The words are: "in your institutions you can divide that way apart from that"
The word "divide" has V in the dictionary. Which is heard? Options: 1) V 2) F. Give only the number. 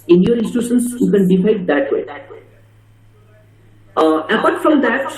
2